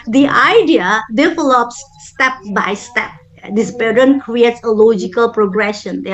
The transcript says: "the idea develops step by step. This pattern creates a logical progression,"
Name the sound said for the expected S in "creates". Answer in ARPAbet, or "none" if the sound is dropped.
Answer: S